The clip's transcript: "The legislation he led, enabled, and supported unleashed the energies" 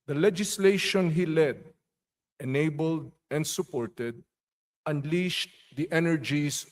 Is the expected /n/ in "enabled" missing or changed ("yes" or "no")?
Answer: no